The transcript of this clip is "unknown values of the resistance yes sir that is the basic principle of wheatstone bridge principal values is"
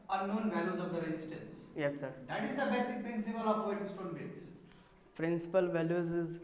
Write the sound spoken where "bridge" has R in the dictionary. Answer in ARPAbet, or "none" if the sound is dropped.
none